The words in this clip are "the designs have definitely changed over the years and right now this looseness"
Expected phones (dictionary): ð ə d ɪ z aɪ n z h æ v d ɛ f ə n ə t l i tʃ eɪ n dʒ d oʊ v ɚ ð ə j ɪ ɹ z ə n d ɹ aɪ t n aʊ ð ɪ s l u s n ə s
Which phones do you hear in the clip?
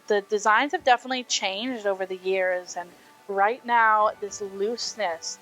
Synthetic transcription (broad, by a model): ð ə d ɪ z aɪ n z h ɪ v d ɛ f ə n ə t l i tʃ eɪ n dʒ d oʊ v ɚ ð ə j ɪ ɹ z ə n ɹ aɪ t n aʊ ð ɪ s l u s n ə s